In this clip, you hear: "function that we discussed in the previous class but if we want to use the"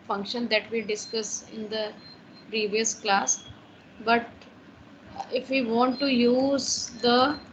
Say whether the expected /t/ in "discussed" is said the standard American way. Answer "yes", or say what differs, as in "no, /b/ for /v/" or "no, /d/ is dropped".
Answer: no, /t/ is dropped